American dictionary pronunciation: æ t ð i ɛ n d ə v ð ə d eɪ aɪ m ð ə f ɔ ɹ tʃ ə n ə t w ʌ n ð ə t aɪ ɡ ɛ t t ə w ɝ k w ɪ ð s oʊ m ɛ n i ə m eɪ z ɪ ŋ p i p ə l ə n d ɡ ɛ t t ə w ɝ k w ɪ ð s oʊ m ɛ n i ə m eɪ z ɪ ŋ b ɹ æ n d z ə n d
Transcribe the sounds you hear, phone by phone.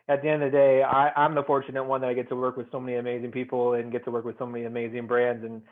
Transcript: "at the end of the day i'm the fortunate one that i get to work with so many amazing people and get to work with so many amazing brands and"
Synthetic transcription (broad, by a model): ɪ t ð i ɛ n d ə ð ə d eɪ aɪ m ð ə f ɔ ɹ tʃ ə n ə t w ʌ n ð ə t aɪ ɡ ɛ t t ə w ɝ k w ɪ ð s oʊ m ɛ n i ə m eɪ z ɪ ŋ p i p l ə n ɡ ɛ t t ə w ɝ k w ɪ ð s oʊ m ɛ n i ə m eɪ z ɪ ŋ b ɹ æ n d z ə n